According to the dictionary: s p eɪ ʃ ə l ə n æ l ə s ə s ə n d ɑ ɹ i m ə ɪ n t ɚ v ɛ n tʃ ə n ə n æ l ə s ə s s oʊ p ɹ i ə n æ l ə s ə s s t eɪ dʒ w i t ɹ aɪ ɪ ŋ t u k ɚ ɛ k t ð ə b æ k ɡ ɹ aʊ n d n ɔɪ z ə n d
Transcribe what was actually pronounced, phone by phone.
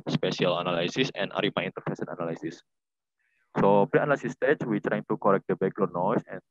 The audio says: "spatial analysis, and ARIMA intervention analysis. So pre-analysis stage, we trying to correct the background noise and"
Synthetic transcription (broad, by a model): s p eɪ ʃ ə l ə n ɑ l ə s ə s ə n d ɑ ɹ i m ə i n t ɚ f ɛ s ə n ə n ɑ l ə s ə s s oʊ p ɹ i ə n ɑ l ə s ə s s t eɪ tʃ w i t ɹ aɪ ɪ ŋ t u k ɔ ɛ k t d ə b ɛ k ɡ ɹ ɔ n n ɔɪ s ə n